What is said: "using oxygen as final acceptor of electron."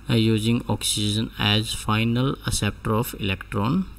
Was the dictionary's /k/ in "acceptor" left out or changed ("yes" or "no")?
yes